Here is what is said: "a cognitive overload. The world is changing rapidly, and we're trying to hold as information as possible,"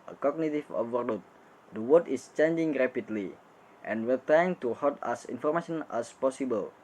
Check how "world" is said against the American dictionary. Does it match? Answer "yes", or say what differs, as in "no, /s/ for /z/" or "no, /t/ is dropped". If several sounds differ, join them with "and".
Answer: no, /l/ is dropped